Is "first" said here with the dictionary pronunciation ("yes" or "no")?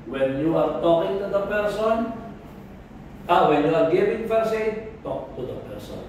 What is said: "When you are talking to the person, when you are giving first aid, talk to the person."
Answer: no